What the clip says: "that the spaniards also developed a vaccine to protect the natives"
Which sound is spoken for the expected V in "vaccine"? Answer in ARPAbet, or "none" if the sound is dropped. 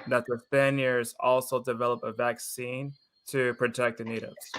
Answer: V